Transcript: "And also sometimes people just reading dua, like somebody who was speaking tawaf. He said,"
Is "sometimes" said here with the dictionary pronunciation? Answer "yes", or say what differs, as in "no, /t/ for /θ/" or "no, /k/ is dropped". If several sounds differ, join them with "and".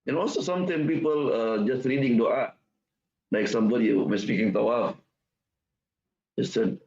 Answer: no, /z/ is dropped